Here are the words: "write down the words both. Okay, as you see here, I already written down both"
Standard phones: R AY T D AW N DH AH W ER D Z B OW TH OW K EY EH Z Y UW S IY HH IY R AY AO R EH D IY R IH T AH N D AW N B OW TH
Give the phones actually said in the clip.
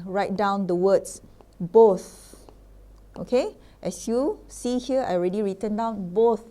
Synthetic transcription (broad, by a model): R AY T D AW N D AH W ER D S B OW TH OW K EY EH S Y UW S IY HH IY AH AY AO R EH D IY R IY T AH N D AW N B OW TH